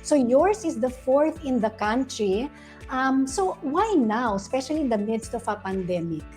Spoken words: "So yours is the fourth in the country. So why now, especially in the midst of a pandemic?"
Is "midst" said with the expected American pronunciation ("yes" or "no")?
yes